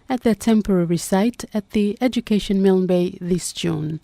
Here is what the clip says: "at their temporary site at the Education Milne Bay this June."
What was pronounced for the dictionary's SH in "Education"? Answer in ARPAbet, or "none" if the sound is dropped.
SH